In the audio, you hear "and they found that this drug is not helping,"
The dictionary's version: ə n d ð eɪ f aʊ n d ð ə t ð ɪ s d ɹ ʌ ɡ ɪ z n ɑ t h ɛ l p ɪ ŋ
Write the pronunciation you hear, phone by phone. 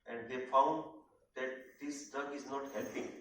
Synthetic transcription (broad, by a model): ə n d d eɪ f aʊ n d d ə t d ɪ s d ʌ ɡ ɪ z n ɑ t h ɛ l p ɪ ŋ